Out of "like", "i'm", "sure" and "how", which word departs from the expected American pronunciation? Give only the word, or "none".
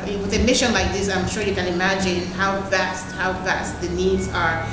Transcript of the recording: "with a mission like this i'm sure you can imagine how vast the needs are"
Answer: none